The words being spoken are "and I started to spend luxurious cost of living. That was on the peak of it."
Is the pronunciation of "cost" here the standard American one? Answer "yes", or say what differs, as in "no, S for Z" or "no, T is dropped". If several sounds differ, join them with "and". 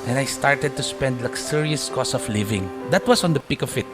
no, T is dropped